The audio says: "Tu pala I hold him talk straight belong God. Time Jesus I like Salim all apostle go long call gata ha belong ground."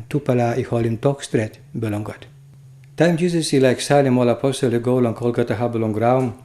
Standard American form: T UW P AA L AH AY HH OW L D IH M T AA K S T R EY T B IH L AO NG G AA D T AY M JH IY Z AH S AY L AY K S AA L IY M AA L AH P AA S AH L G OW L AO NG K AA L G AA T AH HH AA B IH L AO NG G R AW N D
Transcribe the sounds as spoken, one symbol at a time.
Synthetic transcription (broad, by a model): T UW P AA L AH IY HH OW L IH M T AA K S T R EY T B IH L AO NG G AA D T AY M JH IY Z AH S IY L AY K S AA L IY M AA L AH P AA S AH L G OW L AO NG K AA L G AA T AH HH AA B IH L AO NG G R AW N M